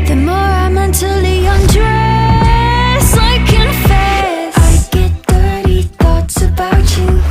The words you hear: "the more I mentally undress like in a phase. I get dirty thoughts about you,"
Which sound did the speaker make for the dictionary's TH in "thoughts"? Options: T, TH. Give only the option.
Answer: TH